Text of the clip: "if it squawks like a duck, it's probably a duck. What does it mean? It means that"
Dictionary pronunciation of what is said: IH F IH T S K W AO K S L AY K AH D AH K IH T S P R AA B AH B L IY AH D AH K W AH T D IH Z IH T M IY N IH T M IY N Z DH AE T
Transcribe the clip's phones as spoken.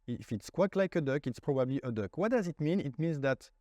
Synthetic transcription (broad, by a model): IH F IH T S K W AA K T L AY K AH D AH K IH T S P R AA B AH B L IY AH D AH K W AH T D IH Z IH T M IY N IH T M IY N Z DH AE T